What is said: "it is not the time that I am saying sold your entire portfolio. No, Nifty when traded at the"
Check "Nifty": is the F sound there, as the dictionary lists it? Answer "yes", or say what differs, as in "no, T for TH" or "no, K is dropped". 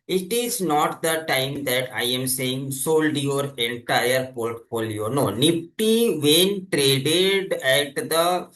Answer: no, P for F